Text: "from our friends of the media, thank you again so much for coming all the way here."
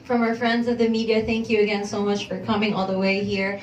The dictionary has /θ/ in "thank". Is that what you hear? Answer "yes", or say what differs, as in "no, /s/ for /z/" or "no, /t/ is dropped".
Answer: yes